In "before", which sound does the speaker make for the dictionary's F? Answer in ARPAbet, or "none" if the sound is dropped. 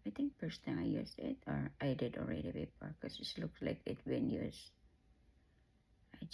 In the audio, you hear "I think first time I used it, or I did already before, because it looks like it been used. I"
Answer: P